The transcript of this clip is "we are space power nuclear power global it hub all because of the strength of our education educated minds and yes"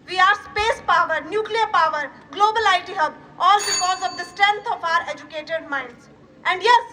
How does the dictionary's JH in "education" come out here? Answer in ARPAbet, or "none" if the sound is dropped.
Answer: none